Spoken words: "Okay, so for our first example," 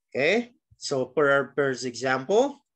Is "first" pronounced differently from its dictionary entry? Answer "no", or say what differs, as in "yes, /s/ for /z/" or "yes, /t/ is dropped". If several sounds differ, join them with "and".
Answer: yes, /p/ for /f/ and /t/ is dropped